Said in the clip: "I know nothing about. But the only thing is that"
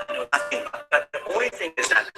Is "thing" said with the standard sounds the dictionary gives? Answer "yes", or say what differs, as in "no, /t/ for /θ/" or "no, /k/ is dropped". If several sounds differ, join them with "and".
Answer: yes